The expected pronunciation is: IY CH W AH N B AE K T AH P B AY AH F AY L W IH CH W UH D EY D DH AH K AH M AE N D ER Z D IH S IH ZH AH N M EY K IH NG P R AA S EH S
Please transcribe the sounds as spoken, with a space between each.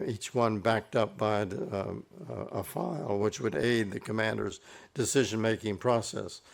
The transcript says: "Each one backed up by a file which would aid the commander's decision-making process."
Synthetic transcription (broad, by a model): IY CH W AH N B AE K T AH P B AY AH F AY L W IH CH W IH D EY D DH AH K AH M AE N D ER Z D IH S IH ZH AH N M EY K IH NG P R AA S EH S